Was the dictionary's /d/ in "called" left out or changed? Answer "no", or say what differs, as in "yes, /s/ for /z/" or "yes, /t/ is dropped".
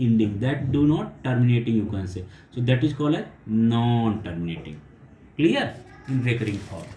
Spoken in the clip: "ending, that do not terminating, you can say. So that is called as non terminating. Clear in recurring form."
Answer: yes, /d/ is dropped